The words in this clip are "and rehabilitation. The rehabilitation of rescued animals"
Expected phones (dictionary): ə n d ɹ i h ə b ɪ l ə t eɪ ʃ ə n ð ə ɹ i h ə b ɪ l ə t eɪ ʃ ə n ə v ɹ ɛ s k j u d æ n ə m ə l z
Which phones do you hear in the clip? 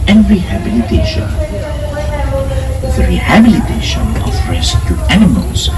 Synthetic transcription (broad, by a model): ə n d ɹ i h ə b ɪ l ə t eɪ ʃ ə n ð ə ɹ i h ə b ɪ l ə t eɪ ʃ ə n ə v ɹ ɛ s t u æ n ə m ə l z